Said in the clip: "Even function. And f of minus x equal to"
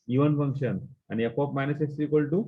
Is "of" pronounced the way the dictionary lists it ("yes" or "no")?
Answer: no